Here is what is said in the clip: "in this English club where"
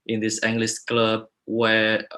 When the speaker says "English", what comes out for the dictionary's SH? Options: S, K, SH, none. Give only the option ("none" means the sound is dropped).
S